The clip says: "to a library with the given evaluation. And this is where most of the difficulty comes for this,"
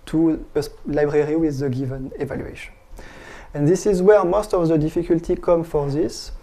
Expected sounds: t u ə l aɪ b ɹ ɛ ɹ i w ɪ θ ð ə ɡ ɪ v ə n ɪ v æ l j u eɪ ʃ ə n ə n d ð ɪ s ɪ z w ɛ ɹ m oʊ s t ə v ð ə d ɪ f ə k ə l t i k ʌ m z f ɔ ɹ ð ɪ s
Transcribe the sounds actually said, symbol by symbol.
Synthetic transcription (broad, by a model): t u ə l aɪ b ɹ ɛ ɹ i w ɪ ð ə ɡ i v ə n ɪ v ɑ l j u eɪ ʃ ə n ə n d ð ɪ s ɪ z w ɛ ɹ m oʊ s t ə v ð ə d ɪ f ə k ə l t i k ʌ m f ɔ ɹ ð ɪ s